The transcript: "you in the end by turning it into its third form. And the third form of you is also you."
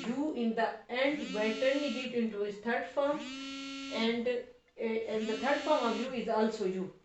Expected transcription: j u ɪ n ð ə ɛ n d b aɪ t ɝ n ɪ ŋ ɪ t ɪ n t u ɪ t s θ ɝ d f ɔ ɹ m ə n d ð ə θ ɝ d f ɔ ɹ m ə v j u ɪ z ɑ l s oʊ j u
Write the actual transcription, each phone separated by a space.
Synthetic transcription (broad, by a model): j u ɪ n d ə ɛ n d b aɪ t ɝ l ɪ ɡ ɪ t ɪ n t u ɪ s t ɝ d f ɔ ɹ m ə n d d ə t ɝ d f ɔ ɹ m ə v j u ɪ z ɑ l s oʊ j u